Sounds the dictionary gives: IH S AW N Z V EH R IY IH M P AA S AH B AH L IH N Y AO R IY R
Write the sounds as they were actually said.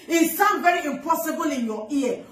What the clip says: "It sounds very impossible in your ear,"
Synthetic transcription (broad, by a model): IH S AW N V EH R IY IH M P AA S AH B AH L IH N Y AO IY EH